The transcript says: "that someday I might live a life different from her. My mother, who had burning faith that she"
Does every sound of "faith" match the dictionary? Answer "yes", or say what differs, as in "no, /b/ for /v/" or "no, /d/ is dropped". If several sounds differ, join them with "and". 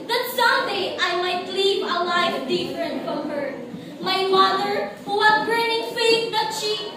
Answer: no, /t/ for /θ/